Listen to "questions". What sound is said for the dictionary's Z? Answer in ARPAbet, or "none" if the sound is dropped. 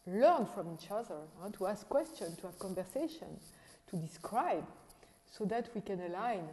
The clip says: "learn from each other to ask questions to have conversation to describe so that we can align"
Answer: none